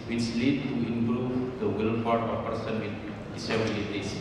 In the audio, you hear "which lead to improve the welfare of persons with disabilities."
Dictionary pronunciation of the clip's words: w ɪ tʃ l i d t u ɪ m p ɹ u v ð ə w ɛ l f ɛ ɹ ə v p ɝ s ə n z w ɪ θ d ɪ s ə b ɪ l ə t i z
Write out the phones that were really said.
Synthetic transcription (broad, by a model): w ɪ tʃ l i d t u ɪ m p ɹ u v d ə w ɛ l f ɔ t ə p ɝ s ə n w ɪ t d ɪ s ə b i l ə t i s